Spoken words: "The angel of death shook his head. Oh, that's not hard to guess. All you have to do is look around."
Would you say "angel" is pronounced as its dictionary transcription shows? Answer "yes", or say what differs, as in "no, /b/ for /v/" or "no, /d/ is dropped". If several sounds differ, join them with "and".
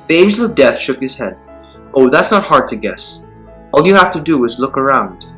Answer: no, /n/ is dropped